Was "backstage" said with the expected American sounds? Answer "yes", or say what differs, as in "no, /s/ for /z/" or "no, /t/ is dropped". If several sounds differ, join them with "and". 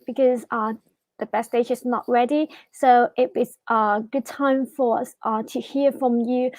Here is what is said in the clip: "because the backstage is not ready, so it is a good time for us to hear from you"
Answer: no, /k/ is dropped